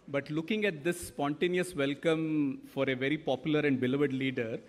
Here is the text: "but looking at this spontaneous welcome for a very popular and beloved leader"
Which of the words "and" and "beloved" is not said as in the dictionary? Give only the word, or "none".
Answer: none